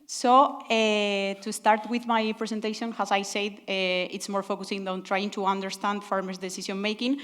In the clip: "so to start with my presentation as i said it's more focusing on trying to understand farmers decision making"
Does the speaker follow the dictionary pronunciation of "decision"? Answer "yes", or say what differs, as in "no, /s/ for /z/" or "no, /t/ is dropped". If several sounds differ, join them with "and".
no, /s/ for /ʒ/